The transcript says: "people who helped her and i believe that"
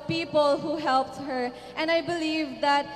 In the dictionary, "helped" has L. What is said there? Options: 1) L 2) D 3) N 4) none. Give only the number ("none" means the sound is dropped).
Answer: 1